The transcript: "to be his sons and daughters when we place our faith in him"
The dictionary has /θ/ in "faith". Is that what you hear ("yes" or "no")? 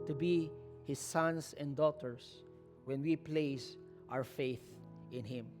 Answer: yes